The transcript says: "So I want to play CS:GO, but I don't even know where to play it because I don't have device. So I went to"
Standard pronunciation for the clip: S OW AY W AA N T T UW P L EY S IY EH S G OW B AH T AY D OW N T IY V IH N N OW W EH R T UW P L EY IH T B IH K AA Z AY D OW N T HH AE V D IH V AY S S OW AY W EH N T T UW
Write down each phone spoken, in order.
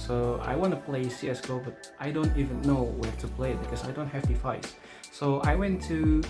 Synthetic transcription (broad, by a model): S OW AY W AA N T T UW P L EY S IY EH S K OW B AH T AY D OW N T IY V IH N N OW W EH R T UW P L EY IH T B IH K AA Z AY D OW N T HH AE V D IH F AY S S OW AY W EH N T T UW